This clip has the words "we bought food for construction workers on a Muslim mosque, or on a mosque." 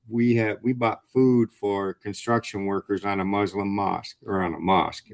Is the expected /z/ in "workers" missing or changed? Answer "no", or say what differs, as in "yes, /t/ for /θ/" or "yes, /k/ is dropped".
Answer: no